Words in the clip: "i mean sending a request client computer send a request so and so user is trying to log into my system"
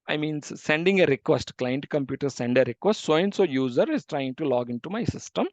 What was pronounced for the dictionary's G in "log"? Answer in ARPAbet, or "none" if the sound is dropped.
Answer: G